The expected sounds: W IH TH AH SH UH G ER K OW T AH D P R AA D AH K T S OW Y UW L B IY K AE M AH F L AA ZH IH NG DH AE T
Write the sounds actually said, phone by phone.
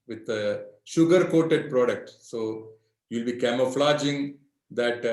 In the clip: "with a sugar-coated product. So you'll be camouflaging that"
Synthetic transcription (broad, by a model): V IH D AH SH UH G ER K OW T AH D P R AA D AH K T S OW Y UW L B IY K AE M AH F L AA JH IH NG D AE T